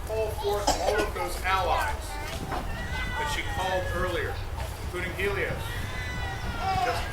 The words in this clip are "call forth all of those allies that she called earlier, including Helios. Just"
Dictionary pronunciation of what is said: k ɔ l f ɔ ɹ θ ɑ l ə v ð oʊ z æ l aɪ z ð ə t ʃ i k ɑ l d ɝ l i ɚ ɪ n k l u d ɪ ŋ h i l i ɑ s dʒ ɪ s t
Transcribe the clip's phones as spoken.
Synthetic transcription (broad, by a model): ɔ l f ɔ ɹ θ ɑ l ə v ð oʊ z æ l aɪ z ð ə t ʃ i k ɑ l d ɝ l i ɚ ɪ n k l u d ɪ ŋ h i l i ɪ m